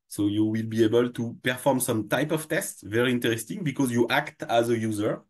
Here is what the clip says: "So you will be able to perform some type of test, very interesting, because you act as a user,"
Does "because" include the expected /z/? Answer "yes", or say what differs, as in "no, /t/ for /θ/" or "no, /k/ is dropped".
yes